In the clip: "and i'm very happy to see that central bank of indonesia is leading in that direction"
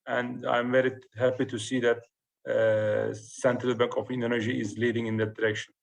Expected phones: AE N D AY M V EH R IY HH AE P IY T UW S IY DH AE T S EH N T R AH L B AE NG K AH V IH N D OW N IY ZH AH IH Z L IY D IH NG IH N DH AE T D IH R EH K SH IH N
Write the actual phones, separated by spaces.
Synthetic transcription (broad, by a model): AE N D AY M V EH R IY HH AE P IY T UW S IY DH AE T S EH N T R AH L B AE NG K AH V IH N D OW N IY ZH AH IH Z L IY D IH NG IH N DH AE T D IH R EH K SH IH N